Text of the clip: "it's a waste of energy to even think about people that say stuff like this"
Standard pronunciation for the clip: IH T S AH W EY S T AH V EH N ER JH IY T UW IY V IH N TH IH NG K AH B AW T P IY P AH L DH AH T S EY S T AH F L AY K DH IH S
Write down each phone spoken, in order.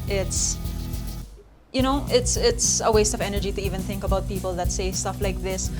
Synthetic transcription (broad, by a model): IH T S AH W EY S T AH V EH N ER JH IY T UW IY V IH N TH IH NG K AH B AW T P IY P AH L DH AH T S EY S T AH F L AY K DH IH S